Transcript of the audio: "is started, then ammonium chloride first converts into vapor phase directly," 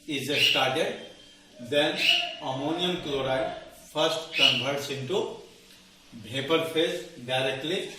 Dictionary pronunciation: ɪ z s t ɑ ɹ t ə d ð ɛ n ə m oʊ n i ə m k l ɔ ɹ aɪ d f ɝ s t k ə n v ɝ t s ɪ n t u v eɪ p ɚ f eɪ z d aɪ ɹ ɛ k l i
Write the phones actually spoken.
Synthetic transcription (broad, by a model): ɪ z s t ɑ ɹ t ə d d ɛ n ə m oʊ n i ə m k l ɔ ɹ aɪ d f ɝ s t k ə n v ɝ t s ɪ n t u b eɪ p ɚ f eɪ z d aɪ ɹ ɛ k l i